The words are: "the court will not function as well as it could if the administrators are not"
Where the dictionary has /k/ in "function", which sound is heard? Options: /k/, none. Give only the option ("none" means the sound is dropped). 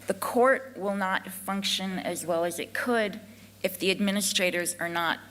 /k/